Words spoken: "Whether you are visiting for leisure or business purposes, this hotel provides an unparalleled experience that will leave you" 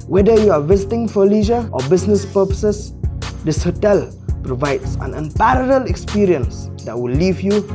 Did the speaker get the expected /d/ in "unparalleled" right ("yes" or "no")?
no